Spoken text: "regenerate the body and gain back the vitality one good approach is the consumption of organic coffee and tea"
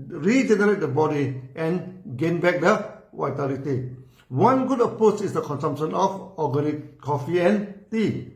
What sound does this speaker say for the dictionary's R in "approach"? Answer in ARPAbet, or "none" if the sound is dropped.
none